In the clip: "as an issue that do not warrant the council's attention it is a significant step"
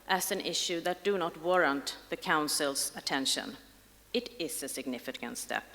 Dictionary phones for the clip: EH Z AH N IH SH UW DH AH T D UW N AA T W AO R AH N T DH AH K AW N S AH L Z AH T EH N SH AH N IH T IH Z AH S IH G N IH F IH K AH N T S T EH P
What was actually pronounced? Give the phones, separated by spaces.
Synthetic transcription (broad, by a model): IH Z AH N IH SH UW DH AH T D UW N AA T W AO R AH N T DH AH K AW N S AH L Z AH T EH N SH AH N IH T IH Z AH S IH G N IH F IH K AH N T S T EH P